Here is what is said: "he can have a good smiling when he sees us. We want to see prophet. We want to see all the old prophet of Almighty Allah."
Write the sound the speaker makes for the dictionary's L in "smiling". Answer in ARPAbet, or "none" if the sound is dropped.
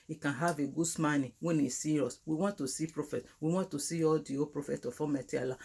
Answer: N